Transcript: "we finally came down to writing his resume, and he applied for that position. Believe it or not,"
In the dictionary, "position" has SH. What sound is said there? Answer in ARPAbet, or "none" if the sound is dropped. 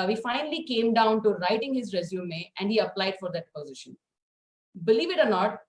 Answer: SH